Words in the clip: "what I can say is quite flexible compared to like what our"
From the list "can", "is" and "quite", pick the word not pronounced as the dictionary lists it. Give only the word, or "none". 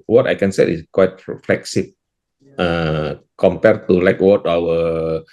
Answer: is